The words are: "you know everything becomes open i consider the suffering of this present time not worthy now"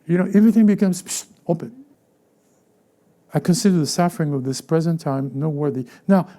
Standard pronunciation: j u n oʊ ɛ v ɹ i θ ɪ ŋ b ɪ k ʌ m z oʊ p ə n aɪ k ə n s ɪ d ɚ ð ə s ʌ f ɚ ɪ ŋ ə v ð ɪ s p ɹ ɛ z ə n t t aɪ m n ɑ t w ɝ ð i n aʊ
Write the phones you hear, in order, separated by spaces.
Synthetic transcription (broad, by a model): j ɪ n oʊ ɛ v ɹ i θ ɪ ŋ b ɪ k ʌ m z oʊ p ə n aɪ k ə n s ɪ d ɚ ð ə s ʌ f ɚ ɪ ŋ ə v ð ɪ s p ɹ ɛ z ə n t t aɪ m n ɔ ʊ w ɝ ð i n aʊ